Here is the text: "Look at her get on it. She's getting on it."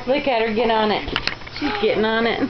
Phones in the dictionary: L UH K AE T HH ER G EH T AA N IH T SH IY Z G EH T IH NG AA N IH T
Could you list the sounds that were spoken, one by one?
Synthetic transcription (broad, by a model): L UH K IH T HH ER G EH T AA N IH T SH IY Z G EH T IH NG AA N IH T